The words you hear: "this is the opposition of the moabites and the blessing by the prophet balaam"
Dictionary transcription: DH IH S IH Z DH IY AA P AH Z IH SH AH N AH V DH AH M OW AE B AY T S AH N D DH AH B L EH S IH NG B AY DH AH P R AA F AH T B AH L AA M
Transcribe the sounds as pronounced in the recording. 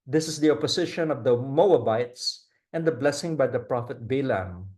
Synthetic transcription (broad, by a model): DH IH S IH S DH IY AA P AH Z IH SH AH N AH V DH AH M OW AE B AY T S AH N D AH B L EH S IH NG B AY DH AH P R AA F AH T B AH L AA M